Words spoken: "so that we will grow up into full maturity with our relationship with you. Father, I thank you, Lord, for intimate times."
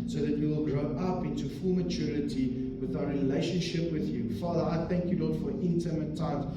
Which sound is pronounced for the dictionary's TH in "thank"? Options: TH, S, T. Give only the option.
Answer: TH